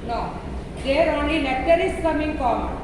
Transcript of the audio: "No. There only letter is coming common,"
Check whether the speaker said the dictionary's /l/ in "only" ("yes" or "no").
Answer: no